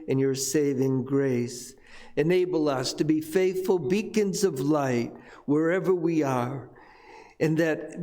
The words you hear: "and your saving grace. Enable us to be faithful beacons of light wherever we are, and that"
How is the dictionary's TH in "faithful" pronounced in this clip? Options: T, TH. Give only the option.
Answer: TH